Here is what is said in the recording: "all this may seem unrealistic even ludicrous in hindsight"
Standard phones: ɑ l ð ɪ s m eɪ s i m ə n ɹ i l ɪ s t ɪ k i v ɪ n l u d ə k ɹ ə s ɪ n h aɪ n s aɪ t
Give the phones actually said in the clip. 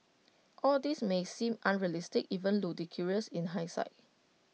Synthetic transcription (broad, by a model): ɑ l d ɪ s m eɪ s i m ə n ɹ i l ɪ s t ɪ k i v ɪ n l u d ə k ɹ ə s ɪ n h aɪ s aɪ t